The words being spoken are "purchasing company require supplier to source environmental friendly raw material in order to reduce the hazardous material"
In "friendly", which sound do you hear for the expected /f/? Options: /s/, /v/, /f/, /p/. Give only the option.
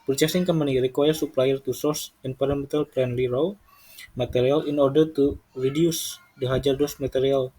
/p/